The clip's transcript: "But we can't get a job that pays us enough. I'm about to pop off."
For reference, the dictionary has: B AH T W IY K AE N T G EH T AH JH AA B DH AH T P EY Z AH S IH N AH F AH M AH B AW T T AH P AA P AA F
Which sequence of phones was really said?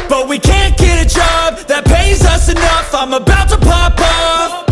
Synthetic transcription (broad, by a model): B AH T W IY K AE N G EH T AH JH AA B DH AH T P EY Z AH S IH N AH F AH M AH B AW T T AH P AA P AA